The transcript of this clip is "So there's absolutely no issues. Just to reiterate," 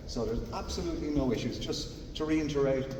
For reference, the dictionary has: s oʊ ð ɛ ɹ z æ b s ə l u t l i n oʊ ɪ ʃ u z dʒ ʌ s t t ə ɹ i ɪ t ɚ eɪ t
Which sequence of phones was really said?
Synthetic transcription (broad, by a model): s oʊ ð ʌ ɹ z æ b s ə l u t l i n oʊ ɪ ʃ u z dʒ ʌ s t t ə ɹ i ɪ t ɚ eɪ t